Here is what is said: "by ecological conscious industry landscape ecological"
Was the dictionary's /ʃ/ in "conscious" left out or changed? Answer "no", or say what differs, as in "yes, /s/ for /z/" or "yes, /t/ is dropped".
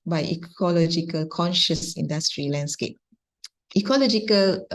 no